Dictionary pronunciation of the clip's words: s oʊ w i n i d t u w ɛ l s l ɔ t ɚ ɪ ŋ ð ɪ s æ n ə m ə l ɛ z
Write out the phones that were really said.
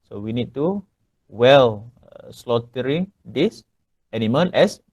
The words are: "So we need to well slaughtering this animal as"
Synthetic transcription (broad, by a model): s oʊ w i n i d t u w ɛ l s l ɔ t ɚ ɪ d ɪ s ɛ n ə m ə n ɛ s